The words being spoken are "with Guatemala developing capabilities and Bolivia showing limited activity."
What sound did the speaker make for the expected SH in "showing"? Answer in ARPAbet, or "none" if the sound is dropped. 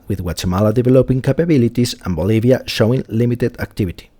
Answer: SH